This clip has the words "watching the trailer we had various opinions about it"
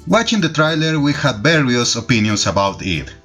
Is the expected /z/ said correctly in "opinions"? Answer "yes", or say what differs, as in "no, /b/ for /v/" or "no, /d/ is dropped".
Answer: no, /s/ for /z/